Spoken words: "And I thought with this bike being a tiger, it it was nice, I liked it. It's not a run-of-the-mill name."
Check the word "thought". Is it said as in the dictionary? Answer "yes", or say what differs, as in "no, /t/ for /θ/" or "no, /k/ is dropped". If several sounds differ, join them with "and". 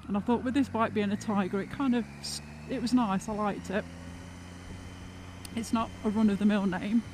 yes